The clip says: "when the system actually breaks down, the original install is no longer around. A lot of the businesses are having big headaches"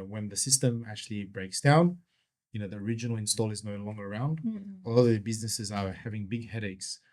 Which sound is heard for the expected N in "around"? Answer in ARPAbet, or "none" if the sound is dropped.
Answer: N